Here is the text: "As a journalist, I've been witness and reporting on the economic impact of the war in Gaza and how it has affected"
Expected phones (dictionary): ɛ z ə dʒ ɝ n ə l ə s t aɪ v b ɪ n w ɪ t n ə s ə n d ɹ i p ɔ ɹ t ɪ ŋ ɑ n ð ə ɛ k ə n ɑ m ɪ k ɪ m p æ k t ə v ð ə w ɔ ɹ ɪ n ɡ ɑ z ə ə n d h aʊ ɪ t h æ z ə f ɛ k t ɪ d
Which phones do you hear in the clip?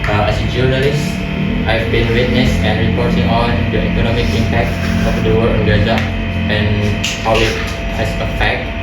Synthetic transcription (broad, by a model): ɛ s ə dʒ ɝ n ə l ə s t aɪ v b ɪ n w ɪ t n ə s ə n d ɹ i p ɔ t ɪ ŋ ɑ n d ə ɛ k ə n ɑ m ɪ k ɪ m p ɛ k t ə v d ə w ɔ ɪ l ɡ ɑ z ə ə n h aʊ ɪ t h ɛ s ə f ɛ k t